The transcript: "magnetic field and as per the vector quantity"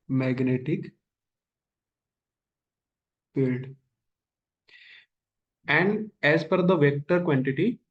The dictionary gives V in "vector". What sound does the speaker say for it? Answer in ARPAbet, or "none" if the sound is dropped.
V